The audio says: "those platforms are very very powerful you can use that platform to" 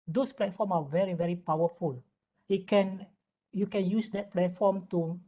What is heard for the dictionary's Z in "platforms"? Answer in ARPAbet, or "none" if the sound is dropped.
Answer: none